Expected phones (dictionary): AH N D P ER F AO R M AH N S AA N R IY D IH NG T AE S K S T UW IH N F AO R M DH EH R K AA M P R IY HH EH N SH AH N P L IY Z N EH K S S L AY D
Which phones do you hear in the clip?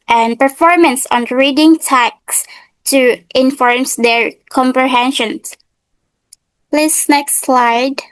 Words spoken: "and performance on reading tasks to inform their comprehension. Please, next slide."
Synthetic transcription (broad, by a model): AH N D P ER F AO R M AH N S AA N R IY D IH NG T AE K S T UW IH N F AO R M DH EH R K AA M P R IY HH EH N SH AH N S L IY S N EH K S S L AY D